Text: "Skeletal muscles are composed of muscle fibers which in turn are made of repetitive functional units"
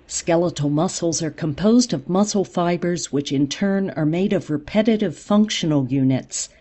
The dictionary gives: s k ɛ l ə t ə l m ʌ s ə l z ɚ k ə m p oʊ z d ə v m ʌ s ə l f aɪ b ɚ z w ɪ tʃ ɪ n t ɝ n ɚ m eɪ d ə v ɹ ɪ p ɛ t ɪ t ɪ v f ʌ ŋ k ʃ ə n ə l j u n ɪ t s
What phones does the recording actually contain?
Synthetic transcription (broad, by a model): s k ɛ l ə t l m ʌ s l z ɚ k ə m p oʊ z d ə v m ʌ s l f aɪ b ɚ z w ɪ tʃ ɪ n t ɝ n ɚ m eɪ d ə v ɹ ɪ p ɛ t ɪ t ɪ v f ʌ ŋ k ʃ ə n l j u n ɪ t s